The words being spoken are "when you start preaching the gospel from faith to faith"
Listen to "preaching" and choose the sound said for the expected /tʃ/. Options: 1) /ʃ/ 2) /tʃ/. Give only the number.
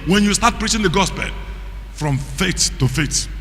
2